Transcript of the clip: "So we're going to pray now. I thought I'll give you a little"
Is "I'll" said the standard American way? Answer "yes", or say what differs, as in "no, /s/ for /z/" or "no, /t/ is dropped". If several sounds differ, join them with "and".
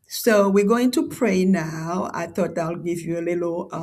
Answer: yes